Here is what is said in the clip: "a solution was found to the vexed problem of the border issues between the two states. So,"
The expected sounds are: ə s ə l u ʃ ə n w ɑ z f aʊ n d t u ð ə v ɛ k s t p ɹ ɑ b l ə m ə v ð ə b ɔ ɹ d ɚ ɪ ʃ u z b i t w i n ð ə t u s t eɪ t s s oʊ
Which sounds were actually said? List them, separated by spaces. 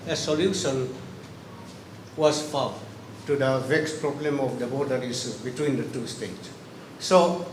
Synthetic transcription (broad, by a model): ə s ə l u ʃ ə n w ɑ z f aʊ t u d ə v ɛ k s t p ɹ ɑ b l ə m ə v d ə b ɔ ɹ d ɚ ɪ s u b i t w i n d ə t u s t eɪ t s s oʊ